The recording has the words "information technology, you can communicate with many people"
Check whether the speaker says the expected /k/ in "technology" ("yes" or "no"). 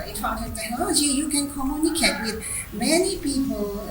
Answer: no